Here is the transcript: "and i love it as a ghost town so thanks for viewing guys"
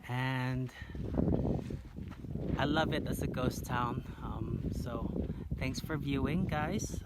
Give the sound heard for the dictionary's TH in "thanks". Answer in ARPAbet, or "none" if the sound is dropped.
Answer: TH